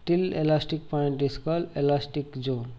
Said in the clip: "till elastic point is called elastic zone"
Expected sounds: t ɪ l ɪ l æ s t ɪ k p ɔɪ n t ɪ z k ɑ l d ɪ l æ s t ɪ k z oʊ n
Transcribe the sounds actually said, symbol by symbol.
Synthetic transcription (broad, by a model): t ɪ l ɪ l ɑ s t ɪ k p ɔɪ n t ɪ s k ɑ l ɪ l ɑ s t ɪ k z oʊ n